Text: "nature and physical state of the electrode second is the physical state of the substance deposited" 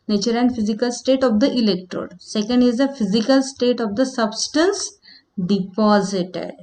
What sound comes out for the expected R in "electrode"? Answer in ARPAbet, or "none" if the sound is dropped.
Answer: R